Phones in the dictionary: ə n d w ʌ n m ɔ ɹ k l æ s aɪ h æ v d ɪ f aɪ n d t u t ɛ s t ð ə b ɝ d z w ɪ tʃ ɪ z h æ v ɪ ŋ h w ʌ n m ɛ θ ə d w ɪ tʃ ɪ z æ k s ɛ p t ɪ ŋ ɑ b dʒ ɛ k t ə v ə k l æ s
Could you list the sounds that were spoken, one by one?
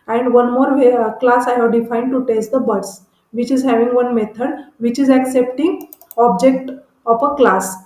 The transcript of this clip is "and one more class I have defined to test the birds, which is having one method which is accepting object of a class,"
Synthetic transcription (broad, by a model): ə n d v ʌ n m ɔ ɹ k l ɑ s aɪ h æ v d ɪ f aɪ n d t u t ɛ s t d ə b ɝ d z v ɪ tʃ ɪ z h æ v ɪ ŋ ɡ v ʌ n m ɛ t ə d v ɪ tʃ ɪ z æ k s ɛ p t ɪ ŋ ɑ b dʒ ɛ k t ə f ə k l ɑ s